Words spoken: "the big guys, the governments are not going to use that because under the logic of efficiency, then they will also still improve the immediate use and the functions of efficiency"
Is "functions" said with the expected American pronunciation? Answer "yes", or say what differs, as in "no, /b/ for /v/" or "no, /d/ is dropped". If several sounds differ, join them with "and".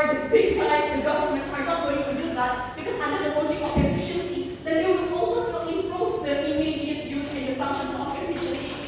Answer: no, /ŋ/ is dropped